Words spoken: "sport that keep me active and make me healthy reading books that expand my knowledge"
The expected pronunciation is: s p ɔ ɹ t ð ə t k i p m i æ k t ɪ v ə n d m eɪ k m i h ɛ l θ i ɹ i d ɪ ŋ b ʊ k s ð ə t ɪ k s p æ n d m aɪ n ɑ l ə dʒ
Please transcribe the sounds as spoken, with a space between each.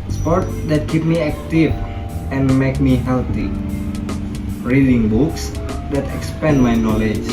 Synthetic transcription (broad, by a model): s p ɔ ɹ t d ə t k i p m i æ k t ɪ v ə n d m eɪ k m i h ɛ l t i ɹ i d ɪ ŋ b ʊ k s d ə t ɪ k s p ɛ n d m aɪ n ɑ l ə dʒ